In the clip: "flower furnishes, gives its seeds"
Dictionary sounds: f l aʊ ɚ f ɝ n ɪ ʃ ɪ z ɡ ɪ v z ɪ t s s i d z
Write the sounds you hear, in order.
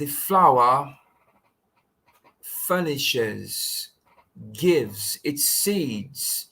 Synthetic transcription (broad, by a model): f l aʊ ɚ f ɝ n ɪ ʃ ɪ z ɡ ɪ v z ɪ t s s i d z